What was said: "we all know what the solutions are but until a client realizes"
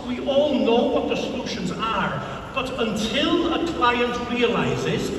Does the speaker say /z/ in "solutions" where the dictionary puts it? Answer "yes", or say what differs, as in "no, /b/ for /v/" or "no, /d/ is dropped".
yes